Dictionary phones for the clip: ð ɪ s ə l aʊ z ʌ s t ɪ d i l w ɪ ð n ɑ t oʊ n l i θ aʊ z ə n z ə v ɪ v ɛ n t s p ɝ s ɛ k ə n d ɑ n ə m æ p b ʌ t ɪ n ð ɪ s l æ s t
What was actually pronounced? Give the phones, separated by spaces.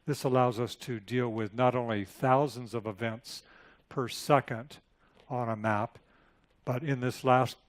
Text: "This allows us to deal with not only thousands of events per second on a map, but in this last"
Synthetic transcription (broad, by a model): ð ɪ s ə l aʊ z ʌ s t ɪ d i l w ɪ ð n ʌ t oʊ n l i θ aʊ z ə n z ə v ɪ v ɛ n t s p ɝ s ɛ k ə n d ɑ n ə m æ p b ʌ t ɪ n ð ɪ s l æ s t